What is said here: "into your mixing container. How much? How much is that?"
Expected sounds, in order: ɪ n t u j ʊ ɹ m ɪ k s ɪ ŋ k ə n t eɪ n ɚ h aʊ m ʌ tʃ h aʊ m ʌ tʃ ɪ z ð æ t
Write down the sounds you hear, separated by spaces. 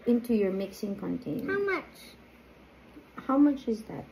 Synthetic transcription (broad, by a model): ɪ n t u j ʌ ɹ m ɪ k s ɪ ŋ k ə n t eɪ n h aʊ m ʌ tʃ h aʊ m ʌ tʃ ɪ z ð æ t